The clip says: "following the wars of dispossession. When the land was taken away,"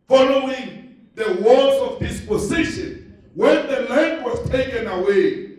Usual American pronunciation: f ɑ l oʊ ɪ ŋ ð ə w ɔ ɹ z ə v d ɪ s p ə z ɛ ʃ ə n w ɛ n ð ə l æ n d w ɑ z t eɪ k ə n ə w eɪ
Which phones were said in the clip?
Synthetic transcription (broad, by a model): f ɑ l oʊ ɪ ŋ ð ə w ɔ l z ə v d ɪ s p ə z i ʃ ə n w ɛ n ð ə l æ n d w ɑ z t eɪ k ə n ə w eɪ